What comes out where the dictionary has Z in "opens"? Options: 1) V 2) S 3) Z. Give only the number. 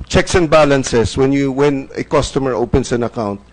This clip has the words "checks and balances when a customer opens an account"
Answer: 2